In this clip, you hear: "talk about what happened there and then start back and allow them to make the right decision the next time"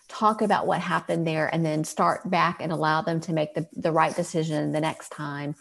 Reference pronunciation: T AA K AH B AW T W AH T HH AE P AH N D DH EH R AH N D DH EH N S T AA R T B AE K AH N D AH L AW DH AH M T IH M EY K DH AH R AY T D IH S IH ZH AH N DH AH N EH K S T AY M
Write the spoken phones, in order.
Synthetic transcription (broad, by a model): T AA K AH B AW T W AH T HH AE P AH N DH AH R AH N DH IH N S T AA R T B AE K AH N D AH L AW DH AH M T IH M EY K DH AH R AY T D IH S IH ZH AH N DH AH N EH K S T AY M